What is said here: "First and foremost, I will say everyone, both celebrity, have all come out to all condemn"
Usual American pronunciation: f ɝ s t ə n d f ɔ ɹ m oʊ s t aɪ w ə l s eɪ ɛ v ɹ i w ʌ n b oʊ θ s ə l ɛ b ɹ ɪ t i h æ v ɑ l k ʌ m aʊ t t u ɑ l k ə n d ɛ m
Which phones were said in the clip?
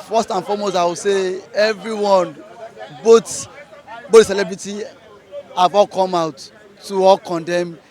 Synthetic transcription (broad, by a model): f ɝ s t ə n f ɔ m oʊ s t aɪ w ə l s eɪ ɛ v ɹ i w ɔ n b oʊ t s ə l ɛ b ɹ ɪ t i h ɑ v ɑ l k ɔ m aʊ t t u ɑ l k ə n d ɛ m